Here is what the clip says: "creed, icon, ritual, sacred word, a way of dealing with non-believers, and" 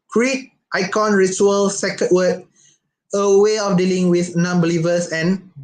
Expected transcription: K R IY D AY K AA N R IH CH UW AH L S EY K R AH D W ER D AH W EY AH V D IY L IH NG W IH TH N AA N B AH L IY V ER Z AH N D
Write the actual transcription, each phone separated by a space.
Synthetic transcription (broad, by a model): K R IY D AY K AA N R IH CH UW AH L S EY K AH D W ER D AH W EY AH F D IY L IH NG W IH TH N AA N B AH L IY V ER S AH N